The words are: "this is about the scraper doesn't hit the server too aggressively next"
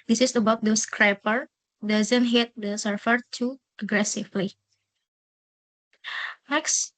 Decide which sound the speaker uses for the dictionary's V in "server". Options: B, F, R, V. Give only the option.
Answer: F